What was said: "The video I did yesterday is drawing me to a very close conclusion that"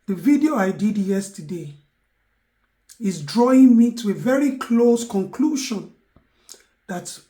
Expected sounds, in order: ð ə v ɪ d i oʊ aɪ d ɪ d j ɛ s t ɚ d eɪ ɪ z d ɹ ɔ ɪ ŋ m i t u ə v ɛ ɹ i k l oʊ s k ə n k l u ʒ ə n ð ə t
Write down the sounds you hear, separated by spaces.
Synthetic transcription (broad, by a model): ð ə v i d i oʊ aɪ d ɪ d j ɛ s t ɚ d eɪ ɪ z d ɹ ɔ ɪ ŋ m i t u ə v ɛ ɹ i k l oʊ s k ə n k l u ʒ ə n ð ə t